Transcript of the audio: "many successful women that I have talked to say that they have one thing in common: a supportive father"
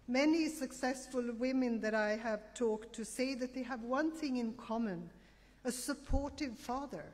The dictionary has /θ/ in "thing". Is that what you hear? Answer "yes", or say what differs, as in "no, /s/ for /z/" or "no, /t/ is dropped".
yes